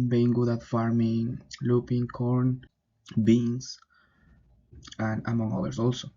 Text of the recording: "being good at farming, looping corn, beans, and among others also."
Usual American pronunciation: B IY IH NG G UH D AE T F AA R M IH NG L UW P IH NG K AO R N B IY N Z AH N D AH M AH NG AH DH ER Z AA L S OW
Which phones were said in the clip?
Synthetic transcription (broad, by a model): B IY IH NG G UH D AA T F AA R M IH NG L UW P IH NG K AO R N B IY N S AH N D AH M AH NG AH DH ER S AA L S OW